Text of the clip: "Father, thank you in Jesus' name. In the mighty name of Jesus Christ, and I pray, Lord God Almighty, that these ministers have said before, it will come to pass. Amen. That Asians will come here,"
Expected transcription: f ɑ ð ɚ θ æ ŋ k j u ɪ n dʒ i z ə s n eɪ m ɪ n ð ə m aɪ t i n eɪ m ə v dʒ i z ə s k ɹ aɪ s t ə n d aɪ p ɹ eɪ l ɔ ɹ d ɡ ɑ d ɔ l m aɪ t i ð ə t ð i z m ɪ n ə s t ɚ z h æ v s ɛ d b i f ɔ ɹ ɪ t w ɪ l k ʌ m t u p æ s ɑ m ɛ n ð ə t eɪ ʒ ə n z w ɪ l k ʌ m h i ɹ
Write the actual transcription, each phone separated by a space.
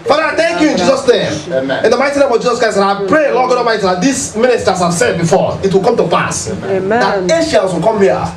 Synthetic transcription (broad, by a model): f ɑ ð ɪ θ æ ŋ k j u ɪ n dʒ i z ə s n eɪ m ɪ n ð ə m aɪ t i n eɪ m ə v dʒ i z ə s k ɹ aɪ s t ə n aɪ p ɹ eɪ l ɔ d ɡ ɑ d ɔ m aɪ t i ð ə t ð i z m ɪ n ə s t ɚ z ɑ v s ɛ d b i f ɔ ɪ t w ɪ l k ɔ m t u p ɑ s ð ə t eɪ ʃ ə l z w ɪ l k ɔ m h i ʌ